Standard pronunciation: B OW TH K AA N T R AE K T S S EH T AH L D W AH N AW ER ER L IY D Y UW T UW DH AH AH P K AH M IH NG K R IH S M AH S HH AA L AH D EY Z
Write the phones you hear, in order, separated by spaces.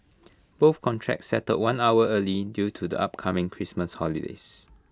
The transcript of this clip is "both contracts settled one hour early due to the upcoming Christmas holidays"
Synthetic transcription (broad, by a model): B OW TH K AA N T R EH K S S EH T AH D W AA N AW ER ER L IY D Y UW T UW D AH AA P K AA M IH NG K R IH S M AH S HH AA L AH D EY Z